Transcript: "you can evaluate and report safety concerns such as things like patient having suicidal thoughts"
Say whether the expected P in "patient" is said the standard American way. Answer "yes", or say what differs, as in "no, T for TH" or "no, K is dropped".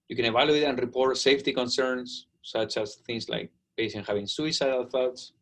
no, B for P